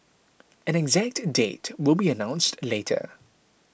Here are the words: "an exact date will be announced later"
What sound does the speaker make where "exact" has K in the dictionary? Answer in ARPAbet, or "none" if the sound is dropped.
K